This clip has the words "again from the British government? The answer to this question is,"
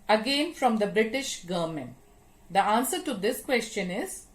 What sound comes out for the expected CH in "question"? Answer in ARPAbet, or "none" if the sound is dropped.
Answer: CH